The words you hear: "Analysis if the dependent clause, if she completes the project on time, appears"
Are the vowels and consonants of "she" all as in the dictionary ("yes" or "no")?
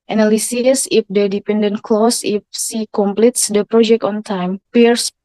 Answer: no